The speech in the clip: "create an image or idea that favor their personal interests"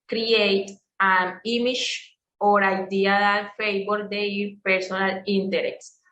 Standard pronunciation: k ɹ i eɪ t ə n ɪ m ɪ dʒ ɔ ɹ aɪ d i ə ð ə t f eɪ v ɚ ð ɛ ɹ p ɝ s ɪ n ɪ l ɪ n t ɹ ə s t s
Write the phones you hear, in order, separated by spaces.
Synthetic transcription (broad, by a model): k ɹ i eɪ t ə n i m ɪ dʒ ɔ ɹ aɪ d i ə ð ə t f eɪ b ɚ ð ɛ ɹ p ɝ s ɪ n ɪ l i n t ɹ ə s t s